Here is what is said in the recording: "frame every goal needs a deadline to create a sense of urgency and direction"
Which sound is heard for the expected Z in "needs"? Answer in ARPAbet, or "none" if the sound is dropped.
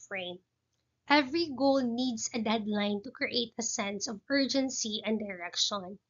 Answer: S